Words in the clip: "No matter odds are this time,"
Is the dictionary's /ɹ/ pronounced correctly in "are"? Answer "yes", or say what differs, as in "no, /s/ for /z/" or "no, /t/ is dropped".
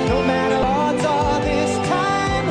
no, /l/ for /ɹ/